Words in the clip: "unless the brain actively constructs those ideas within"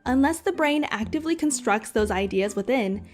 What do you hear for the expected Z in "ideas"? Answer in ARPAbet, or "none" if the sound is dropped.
Z